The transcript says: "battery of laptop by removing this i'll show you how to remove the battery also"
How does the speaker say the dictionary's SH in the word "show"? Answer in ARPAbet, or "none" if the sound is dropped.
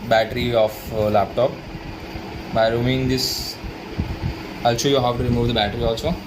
S